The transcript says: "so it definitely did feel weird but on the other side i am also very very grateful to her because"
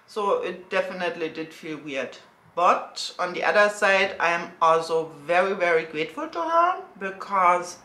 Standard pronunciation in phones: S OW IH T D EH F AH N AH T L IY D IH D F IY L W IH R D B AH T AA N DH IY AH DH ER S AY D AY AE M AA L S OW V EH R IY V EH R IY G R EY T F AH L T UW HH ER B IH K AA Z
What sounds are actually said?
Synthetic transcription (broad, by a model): S OW IH T D EH F AH N AH T L IY D IH D F IY L W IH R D B AH T AA N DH IY AH DH ER S AY D AY M AA L S OW V EH R IY V EH R IY G R EY T F AH L T UW HH ER B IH K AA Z